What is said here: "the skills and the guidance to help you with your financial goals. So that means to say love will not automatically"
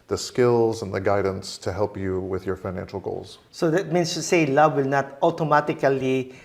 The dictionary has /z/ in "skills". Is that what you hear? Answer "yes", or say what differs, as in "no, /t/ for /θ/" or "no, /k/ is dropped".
yes